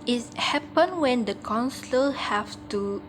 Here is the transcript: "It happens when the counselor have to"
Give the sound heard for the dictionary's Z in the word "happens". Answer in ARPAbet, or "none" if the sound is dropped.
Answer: none